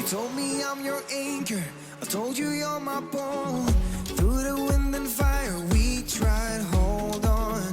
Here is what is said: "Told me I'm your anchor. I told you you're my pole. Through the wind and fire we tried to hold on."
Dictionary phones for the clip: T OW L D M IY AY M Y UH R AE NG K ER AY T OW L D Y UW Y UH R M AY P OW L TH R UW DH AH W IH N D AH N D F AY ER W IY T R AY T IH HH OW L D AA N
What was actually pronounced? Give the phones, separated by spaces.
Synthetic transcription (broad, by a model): T OW L D M IY AY M Y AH R AE NG K ER AY T OW L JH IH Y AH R M AY B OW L TH R UW DH AH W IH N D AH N F AY ER W IY T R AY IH HH OW L D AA N